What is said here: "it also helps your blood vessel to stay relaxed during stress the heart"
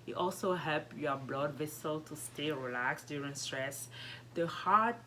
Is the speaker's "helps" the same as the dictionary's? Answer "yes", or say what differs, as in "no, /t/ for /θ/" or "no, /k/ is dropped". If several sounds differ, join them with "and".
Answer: no, /s/ is dropped